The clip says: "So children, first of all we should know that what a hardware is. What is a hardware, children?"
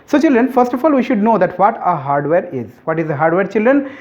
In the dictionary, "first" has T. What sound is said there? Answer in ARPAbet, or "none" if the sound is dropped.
T